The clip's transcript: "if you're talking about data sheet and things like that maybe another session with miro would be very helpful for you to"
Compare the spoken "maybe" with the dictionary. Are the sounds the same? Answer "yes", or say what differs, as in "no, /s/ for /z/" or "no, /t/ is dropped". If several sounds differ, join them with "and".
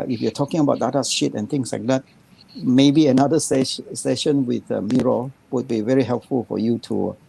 yes